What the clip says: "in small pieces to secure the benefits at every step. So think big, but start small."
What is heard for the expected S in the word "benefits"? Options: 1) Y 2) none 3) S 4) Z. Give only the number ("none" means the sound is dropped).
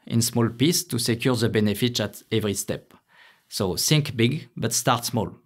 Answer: 2